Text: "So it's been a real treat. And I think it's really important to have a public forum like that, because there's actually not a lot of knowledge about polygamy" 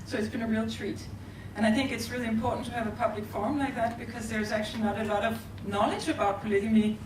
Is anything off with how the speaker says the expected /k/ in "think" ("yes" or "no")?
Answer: no